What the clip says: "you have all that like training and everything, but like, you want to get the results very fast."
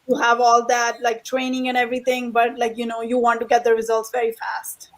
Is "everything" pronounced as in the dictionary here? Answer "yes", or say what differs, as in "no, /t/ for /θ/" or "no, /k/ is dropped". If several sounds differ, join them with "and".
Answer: no, /t/ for /θ/